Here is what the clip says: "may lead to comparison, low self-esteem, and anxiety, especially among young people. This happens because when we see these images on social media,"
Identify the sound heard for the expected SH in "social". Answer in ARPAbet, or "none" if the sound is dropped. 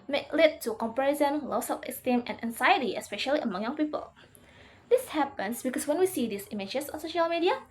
SH